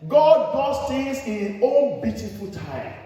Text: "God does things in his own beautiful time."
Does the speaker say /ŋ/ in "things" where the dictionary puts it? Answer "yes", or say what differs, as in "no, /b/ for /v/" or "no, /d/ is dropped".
no, /ŋ/ is dropped